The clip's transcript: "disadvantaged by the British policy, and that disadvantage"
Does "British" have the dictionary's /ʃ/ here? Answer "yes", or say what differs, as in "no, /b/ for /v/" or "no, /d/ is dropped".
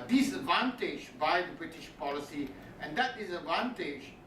yes